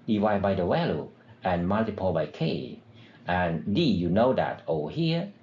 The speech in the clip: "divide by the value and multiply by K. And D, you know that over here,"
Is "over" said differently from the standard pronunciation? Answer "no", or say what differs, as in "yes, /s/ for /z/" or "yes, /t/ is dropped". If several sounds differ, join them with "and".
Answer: yes, /v/ is dropped